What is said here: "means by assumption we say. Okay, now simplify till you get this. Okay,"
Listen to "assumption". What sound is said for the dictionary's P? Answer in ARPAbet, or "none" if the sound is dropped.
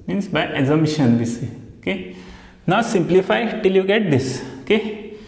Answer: none